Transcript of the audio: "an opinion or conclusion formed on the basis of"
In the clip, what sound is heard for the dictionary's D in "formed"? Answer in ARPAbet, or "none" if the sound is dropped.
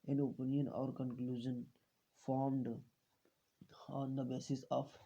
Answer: D